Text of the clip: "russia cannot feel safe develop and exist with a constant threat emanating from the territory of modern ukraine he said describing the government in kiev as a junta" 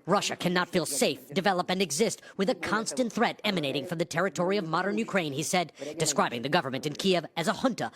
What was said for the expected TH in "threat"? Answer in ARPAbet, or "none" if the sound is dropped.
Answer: TH